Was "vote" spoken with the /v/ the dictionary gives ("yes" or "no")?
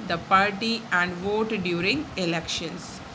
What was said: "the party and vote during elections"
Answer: yes